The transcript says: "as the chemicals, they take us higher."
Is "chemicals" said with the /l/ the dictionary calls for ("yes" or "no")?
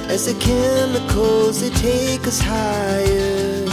no